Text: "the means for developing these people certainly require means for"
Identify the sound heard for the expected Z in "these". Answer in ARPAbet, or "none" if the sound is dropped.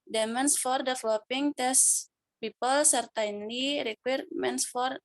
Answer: S